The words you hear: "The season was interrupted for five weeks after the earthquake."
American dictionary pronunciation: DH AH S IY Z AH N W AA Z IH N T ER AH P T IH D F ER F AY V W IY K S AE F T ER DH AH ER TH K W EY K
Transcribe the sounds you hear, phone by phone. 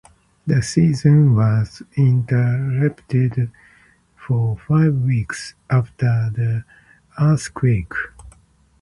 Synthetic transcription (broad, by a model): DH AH S IY Z AH N W AA Z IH N T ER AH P T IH D F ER F AY V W IY K S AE F T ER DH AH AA S K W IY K